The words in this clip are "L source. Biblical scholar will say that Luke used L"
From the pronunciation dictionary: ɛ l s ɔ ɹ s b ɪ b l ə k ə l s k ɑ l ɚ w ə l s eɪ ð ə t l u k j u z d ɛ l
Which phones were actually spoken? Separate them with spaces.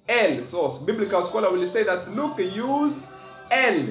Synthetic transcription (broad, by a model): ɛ l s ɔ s b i b l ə k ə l s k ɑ l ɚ w ə l s eɪ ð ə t l u k j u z ɛ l